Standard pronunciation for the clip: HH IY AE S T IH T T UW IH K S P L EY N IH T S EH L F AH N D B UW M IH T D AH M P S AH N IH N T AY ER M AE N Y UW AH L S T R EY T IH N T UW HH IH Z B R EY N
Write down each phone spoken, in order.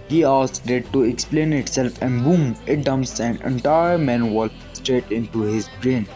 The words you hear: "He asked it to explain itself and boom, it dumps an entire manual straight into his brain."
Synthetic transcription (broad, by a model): HH IY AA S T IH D T UW IH K S P L EY N IH T S EH L F AH N D B UW M IH T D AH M S AH N IH N T AY ER M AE N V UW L S T R EY T IH N T UW HH IH Z B R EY N